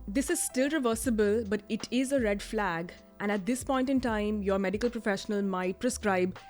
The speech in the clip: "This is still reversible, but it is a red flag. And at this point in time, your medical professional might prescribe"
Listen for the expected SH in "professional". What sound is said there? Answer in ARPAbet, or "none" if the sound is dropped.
SH